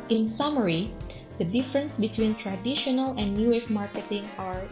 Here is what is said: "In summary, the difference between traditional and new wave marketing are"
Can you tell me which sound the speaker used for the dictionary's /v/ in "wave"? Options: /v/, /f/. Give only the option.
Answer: /f/